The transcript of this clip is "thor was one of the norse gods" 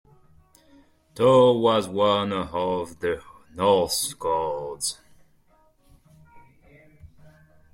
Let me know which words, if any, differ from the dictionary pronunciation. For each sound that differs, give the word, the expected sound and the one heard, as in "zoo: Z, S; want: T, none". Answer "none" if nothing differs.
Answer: thor: TH, T